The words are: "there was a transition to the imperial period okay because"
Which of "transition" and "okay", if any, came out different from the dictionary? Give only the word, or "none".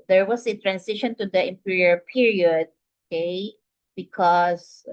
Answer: transition